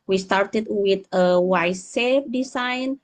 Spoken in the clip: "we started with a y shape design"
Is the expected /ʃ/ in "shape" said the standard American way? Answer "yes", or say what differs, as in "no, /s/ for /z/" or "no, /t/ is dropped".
no, /s/ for /ʃ/